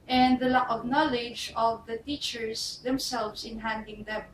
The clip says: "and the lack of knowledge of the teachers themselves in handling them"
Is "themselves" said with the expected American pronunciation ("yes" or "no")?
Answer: no